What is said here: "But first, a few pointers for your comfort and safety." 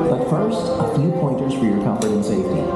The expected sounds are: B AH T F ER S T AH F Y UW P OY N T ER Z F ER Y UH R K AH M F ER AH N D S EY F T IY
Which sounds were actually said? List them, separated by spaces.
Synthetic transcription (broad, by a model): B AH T F ER S T AH F Y UW P OY N T ER Z F ER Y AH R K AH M P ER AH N S EY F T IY